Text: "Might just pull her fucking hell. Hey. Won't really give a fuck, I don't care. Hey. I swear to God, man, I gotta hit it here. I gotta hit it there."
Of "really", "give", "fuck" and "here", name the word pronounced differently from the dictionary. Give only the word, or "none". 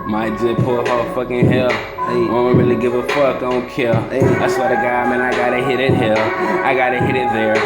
here